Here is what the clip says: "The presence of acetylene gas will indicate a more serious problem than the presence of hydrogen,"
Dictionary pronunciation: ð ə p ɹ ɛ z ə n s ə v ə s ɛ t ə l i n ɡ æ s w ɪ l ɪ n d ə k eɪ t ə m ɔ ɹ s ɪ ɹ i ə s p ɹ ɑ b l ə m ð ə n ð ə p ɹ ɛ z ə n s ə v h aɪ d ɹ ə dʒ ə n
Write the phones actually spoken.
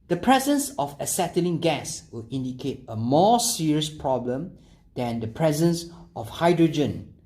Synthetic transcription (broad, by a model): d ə p ɹ ɛ z ə n s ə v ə s ɛ t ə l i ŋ ɡ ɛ s w ɪ l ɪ n d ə k eɪ t ə m ɔ s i ɹ i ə s p ɹ ɑ b l ə m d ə n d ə p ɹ ɛ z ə n s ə f h aɪ d ɹ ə dʒ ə n